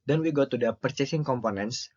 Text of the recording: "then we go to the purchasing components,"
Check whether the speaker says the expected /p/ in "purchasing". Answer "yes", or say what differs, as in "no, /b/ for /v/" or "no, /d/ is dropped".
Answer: yes